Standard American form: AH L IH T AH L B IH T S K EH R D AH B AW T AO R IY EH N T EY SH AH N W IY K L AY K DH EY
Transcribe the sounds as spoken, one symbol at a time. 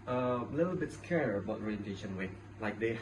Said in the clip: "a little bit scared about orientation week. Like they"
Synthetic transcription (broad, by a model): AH L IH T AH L B IH T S K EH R AH B AW T AO R IY EH N T EY SH AH N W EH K L AY K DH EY